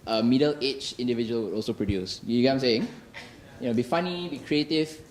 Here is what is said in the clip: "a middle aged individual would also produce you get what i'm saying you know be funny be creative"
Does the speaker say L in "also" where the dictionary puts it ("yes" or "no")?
yes